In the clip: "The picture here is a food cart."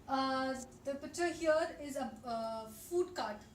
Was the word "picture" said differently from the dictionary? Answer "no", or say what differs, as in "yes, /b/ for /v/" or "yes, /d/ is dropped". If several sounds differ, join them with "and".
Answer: yes, /k/ is dropped